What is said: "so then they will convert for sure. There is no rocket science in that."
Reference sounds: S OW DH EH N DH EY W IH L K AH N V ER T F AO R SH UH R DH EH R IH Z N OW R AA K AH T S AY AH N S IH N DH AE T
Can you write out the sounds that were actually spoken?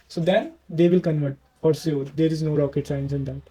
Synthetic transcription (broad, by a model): S OW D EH N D EY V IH L K AH N V ER T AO R S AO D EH R IH Z N OW R AA K AH T S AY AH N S IH N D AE T